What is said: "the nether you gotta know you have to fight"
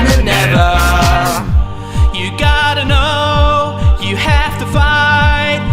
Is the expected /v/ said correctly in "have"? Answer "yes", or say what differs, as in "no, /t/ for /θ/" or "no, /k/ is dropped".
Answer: no, /f/ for /v/